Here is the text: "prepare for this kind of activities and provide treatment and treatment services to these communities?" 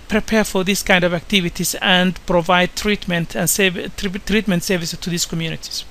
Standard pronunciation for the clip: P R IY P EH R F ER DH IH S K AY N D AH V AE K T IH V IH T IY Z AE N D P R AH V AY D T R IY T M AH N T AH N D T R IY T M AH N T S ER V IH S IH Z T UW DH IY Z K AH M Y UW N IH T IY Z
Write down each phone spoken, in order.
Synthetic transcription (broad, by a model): P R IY P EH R F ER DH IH S K AY N D AH V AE K T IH V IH T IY S AE N D P R AH V AY D T R IY T M AH N T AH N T T R IY T M AH N T S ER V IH S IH S T UW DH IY S K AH M Y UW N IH T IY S